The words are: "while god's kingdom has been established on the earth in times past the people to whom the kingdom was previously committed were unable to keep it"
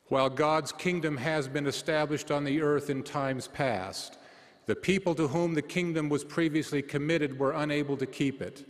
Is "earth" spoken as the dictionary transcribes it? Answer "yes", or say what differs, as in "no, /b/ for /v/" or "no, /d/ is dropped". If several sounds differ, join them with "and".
yes